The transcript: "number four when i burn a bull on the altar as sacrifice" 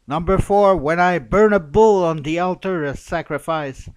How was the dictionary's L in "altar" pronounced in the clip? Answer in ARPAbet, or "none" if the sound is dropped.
L